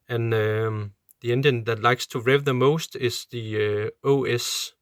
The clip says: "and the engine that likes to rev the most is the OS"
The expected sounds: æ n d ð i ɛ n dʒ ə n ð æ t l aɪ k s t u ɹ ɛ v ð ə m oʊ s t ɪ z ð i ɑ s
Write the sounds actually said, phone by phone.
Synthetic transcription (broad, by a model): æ n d ð i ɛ n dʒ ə n ð æ t l aɪ k s t u ɹ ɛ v ð ə m oʊ s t ɪ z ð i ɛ s